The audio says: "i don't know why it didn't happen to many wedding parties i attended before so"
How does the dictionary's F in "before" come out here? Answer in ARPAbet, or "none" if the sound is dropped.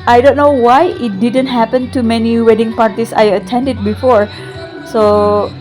F